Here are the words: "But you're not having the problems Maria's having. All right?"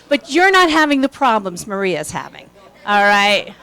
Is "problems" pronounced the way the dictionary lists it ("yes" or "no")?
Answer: yes